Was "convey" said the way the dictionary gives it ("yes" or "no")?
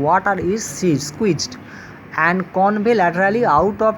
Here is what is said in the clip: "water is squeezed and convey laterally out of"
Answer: no